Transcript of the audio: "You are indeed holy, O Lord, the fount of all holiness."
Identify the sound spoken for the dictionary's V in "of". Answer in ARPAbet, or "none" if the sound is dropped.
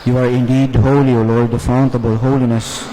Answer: B